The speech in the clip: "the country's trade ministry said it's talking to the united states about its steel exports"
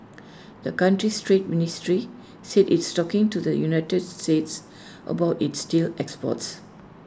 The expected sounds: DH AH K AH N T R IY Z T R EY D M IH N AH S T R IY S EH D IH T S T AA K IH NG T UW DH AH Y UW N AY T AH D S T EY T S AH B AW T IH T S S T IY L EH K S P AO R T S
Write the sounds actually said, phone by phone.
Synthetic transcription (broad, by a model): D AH K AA N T R IY S T R EY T M IH N AH S T R IY S EH D IH T S T AA K IH NG T UW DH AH Y UW N AY T AH D S T EY T S AH B AW T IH T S S T IY L EH K S P AO T S